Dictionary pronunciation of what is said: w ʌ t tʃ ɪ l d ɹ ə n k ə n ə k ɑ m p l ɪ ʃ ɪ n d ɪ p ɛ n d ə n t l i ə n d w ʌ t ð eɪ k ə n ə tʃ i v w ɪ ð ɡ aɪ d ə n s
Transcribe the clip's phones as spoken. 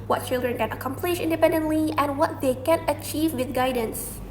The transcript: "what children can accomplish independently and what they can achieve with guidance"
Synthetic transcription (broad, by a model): w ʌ t tʃ ɪ l d ɹ ə n k ə n ə k ɑ m p l ɪ ʃ ɪ n d ɪ p ɛ n d ə n t l i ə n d w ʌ t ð eɪ k ə n ə tʃ i v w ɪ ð ɡ aɪ d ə n s